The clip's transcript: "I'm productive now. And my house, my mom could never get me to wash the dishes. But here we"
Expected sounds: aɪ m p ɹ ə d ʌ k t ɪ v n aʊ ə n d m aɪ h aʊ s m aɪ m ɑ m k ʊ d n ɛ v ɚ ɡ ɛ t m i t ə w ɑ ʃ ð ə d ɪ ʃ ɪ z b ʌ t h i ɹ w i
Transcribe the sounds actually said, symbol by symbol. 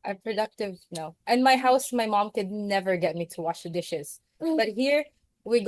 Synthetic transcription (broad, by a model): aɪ p ɹ ə d ʌ k t ɪ v n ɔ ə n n m aɪ h aʊ s m aɪ m ɑ m k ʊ d n ɛ v ɚ ɡ ɛ t m i t ə w ɑ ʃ ð ə d ɪ ʃ ɪ z b ʌ t h i ɹ w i